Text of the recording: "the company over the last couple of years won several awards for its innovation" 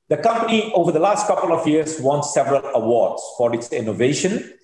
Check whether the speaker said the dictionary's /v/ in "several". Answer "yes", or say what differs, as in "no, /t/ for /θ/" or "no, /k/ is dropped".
yes